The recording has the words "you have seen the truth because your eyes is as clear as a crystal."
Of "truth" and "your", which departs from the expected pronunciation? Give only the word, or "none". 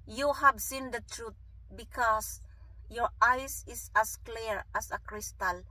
truth